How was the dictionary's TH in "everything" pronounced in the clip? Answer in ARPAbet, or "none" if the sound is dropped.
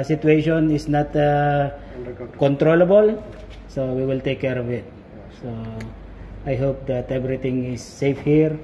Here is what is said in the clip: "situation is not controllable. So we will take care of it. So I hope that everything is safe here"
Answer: T